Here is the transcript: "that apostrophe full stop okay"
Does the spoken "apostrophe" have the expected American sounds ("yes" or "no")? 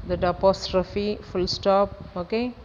yes